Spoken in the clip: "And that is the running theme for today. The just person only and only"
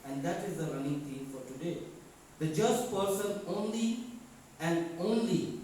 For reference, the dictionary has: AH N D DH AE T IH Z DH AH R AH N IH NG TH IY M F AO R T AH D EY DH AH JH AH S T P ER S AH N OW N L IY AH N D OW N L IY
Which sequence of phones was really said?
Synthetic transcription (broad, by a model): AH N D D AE T IH Z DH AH R AH N IH NG T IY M F AO R T AH D EY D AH JH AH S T P ER S AH N OW N L IY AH N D OW N L IY